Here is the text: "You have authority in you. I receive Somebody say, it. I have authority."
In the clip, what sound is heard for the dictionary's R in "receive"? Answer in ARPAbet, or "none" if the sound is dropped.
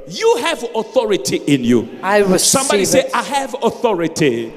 W